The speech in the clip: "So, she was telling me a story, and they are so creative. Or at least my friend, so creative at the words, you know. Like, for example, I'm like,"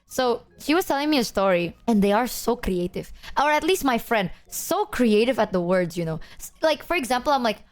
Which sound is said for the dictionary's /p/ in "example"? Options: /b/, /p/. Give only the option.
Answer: /p/